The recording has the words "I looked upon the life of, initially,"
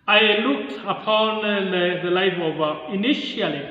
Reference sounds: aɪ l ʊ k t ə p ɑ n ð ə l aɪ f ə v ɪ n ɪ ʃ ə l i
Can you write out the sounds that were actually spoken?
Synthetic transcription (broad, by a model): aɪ l ʊ k t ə p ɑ n ð ə l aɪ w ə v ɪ n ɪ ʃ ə l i